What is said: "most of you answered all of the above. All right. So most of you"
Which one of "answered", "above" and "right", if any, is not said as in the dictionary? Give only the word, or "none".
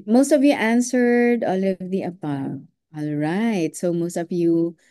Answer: above